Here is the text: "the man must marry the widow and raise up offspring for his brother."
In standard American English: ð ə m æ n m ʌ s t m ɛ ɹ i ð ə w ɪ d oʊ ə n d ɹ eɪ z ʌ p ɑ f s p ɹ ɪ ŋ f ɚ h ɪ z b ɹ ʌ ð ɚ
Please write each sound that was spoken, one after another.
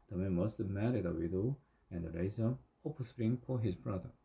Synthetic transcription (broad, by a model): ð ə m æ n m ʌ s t m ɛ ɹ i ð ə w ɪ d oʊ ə n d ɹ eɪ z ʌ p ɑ s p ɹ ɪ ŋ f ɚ h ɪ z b ɹ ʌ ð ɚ